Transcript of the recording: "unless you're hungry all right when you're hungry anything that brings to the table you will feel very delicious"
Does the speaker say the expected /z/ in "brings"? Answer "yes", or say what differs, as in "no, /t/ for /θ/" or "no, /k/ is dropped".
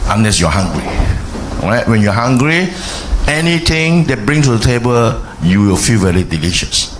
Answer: no, /z/ is dropped